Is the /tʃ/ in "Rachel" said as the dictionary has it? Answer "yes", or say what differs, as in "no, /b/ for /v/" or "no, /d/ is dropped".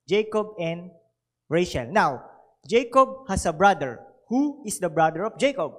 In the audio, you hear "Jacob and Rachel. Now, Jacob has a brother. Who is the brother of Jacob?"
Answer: no, /ʃ/ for /tʃ/